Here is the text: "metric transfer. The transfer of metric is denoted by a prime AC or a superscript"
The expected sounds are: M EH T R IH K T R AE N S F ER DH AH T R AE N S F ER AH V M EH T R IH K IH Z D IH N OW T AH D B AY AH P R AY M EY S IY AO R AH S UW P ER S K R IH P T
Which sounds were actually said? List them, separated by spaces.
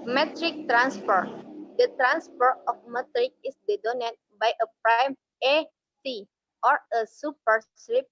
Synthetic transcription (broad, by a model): M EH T R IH K T R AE N S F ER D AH T R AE N S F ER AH F M EH T R IH K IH S D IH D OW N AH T B AY AH P R AY M EY S IY AO R AH S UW P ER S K R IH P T